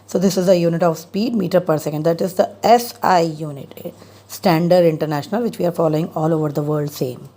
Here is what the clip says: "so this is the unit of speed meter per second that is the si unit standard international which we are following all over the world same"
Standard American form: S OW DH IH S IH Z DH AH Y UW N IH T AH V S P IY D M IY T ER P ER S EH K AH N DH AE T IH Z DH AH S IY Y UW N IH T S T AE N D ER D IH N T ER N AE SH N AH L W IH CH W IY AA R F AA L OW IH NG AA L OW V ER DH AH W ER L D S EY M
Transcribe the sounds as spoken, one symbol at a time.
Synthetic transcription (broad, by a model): S OW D IH S IH Z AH Y UW N IH T AH V S P IY D M IY T ER P ER S EH K AH N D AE T IH Z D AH S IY Y UW N IH T S T AE N D ER D IH N T ER N AE SH N AH L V IH CH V IY AA R F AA L OW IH NG AA L OW V ER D AH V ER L D S EY M